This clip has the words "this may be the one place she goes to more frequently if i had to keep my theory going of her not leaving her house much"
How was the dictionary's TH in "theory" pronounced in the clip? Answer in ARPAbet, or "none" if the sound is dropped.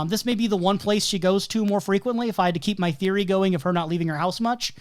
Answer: TH